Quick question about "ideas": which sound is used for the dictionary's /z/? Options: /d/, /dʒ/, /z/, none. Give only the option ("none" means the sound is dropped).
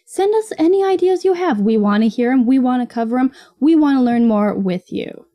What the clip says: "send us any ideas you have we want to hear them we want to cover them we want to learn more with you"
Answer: /z/